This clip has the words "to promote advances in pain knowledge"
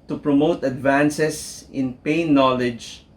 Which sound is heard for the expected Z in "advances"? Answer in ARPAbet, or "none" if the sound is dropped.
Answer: S